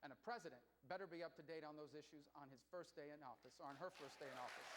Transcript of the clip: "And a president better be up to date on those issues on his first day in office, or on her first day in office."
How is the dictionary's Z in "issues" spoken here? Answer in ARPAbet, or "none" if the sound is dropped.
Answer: Z